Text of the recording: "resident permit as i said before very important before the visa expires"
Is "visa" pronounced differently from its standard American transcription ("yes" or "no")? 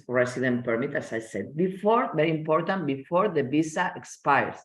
yes